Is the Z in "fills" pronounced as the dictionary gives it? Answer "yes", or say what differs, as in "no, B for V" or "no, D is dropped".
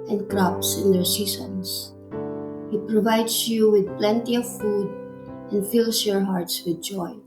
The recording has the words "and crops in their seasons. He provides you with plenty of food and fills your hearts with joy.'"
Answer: no, S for Z